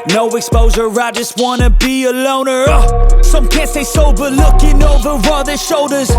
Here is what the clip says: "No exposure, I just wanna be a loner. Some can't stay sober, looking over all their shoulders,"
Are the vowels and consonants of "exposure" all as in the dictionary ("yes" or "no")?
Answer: no